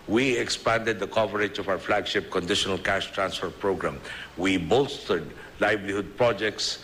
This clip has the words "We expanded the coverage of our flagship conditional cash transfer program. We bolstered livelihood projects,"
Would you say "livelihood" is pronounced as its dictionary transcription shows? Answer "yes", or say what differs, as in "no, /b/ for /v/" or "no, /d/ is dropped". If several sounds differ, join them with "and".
no, /b/ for /v/